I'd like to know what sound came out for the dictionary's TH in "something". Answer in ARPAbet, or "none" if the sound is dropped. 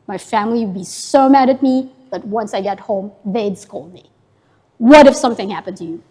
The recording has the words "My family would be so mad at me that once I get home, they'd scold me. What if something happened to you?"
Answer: TH